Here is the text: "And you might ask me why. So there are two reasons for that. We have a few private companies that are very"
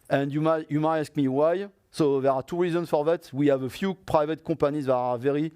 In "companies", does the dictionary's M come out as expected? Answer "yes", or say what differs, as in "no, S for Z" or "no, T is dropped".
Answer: no, M is dropped